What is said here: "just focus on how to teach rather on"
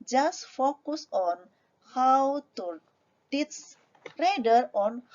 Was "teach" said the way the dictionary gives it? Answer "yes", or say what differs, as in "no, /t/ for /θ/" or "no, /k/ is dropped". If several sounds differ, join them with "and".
no, /s/ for /tʃ/